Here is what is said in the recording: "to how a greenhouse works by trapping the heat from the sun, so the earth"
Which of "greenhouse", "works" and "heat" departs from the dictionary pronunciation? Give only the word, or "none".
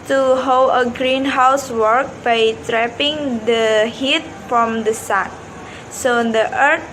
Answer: works